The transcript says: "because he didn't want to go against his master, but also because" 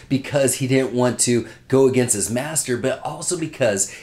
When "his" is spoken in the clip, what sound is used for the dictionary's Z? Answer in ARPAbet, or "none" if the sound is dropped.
Z